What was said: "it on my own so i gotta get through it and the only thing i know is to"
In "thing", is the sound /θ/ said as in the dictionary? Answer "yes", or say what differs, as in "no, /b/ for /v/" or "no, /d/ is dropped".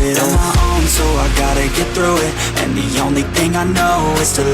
yes